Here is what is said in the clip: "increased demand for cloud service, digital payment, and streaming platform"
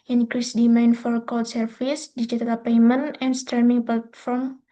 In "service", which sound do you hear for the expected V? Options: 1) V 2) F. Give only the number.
2